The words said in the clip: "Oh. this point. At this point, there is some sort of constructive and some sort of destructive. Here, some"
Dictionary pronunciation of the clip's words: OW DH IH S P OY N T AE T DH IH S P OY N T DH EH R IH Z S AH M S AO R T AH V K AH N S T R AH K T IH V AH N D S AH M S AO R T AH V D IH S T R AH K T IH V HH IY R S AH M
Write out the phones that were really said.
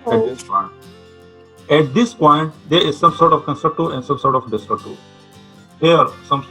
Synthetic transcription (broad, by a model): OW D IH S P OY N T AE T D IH S P OY N T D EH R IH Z S AH M S AO R T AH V K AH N S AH T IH AH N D S AH M S AO R T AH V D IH S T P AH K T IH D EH R S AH M